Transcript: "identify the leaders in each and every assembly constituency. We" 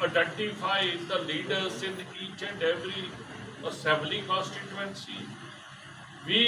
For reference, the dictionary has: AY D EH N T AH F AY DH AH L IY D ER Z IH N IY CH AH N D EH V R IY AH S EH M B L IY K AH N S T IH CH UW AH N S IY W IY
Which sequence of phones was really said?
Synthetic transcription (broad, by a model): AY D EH N T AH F AY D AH L IY D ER S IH N IY CH AH N D EH V R IY AH S EH M B L IY K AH N S T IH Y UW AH N S IY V IY